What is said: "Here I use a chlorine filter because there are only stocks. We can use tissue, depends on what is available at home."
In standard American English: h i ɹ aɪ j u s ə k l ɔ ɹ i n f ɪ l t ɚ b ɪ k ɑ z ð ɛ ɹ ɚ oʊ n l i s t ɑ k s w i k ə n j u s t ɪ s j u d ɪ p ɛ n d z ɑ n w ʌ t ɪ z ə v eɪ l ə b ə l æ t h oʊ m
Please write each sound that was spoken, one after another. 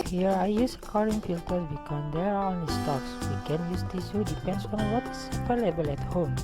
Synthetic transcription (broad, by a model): h i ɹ aɪ j u s ə k ɔ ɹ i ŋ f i l t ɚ b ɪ k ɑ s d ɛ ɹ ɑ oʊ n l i s t ɑ k s w i k ə n j u s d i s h u d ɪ p ɛ n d s ɑ n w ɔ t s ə p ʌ l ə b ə l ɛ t h oʊ m